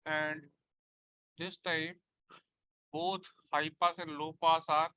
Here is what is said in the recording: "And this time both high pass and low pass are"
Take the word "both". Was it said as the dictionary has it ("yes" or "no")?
no